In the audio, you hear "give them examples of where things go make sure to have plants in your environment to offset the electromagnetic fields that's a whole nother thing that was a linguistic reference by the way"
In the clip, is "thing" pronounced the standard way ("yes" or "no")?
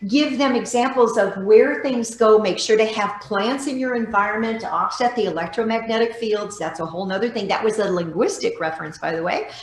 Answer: yes